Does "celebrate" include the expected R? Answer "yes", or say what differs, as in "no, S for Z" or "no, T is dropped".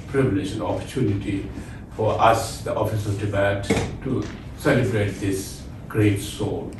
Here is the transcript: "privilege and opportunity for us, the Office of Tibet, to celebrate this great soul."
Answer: yes